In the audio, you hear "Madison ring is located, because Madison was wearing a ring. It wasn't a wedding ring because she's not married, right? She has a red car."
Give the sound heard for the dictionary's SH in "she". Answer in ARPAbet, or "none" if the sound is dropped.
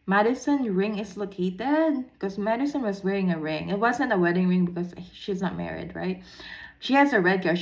SH